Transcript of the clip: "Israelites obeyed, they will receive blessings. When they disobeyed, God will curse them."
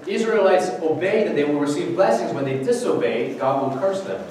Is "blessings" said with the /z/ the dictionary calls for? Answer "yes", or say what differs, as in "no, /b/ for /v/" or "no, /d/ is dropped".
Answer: yes